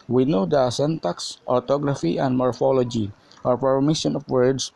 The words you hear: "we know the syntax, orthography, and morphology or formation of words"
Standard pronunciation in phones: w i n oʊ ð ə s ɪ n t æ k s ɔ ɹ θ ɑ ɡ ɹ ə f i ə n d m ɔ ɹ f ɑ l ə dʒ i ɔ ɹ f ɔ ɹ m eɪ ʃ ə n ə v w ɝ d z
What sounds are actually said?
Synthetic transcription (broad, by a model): w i n oʊ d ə s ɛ n t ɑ k s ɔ ɹ t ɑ ɡ ɹ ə f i ə n d m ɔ ɹ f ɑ l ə dʒ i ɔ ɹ p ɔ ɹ m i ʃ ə n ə f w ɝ d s